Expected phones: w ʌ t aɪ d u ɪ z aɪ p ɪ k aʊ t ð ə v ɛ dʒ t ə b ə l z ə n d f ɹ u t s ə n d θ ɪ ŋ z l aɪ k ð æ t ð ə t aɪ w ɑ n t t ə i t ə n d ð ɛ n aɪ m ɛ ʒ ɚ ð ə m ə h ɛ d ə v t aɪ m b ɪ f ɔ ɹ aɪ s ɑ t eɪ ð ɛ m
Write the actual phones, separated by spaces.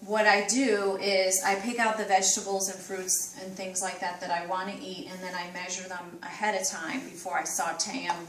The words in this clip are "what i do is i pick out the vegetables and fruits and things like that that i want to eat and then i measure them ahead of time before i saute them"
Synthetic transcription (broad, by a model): w ʌ t aɪ d u ɪ z aɪ p ɪ k aʊ t ð ə v ɛ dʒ t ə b l z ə n f ɹ u t s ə n θ ɪ ŋ z l aɪ k ð æ t ð ə t aɪ w ɑ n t t i t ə n ð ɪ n aɪ m ɛ ʒ ɚ ð ə m ə h ɛ d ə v t aɪ m b ɪ f ɔ ɹ aɪ s ɑ t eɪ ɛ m